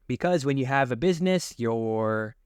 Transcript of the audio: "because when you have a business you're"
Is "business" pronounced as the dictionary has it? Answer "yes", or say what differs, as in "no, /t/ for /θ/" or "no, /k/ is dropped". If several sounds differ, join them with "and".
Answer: yes